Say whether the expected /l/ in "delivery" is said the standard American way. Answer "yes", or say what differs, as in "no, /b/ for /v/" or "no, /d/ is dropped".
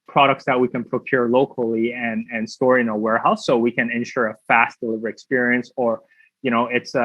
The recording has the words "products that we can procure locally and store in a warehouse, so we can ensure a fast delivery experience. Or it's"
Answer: yes